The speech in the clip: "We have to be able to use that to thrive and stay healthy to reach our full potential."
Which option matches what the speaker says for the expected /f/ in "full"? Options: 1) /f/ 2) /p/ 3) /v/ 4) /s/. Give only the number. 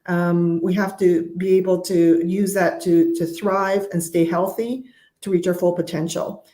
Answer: 1